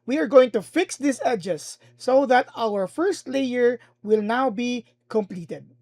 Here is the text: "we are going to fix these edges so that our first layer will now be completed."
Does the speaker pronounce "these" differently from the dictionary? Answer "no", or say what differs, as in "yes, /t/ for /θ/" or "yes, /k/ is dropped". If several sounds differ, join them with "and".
yes, /s/ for /z/